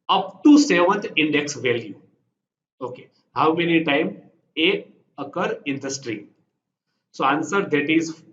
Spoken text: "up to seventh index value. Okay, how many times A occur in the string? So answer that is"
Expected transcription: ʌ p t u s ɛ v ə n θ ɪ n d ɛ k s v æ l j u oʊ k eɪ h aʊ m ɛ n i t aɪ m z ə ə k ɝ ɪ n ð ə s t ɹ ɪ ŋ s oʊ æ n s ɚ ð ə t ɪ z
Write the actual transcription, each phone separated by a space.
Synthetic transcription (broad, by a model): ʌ p t u s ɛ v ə n t ɪ n d ɛ k s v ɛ l j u oʊ k eɪ h aʊ m ɛ n i t aɪ m ə ə k ɝ ɪ n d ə s t ɹ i s oʊ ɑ n s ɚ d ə t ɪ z